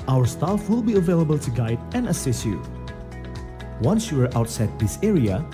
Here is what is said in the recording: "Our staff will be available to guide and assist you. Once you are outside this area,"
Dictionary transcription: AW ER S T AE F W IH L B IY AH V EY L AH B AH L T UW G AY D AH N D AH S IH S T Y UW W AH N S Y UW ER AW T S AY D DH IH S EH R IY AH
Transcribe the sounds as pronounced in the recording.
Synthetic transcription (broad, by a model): AW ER S T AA F W IH L B IY AH V EY L AH B AH L T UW G AY D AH N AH S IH S Y UW W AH N S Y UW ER AW T S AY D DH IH S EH R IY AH